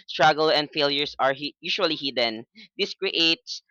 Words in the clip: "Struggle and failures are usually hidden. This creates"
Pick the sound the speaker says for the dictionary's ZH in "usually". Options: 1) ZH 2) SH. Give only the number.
2